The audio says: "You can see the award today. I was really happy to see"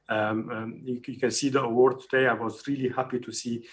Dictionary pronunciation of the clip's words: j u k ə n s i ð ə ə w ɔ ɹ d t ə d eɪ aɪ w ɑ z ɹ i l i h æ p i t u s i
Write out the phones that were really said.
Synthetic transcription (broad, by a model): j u k ə n s i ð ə ə w ɔ ɹ d t ə d eɪ aɪ w ɑ z ɹ i l i h æ p i t u s i